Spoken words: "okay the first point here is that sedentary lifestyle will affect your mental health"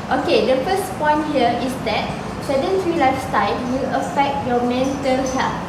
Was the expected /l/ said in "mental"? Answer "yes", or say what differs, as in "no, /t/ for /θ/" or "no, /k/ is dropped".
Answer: no, /n/ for /l/